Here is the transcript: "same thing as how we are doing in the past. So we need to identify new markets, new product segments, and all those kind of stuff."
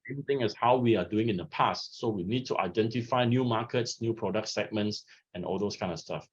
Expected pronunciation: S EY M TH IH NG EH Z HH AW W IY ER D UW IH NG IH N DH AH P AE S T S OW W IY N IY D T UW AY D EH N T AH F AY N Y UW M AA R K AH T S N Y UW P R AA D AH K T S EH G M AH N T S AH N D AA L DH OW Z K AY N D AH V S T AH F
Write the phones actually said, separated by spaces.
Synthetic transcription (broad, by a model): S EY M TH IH NG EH S HH AW W IY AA D UW IH NG IH N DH AH P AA S T S OW W IY N IY D T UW AY D EH N T AH F AY N Y UW M AA K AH T S N Y UW P R AA D AH K T S EH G M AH N T S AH N AA L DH OW S K AY N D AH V S T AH F